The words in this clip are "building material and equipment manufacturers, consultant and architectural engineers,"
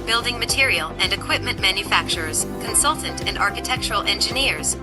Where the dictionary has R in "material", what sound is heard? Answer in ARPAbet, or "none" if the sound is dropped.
R